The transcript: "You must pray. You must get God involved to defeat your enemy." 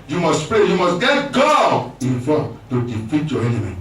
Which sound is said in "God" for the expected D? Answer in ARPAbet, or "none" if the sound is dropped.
none